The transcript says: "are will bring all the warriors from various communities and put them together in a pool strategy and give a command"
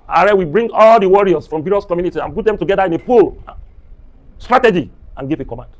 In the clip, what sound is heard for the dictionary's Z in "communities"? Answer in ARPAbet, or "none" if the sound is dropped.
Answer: none